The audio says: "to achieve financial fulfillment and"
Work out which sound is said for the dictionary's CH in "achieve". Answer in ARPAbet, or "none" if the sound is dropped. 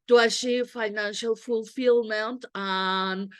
SH